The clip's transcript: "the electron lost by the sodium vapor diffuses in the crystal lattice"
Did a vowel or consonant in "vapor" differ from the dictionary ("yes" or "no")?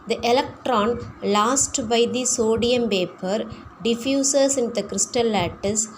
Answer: yes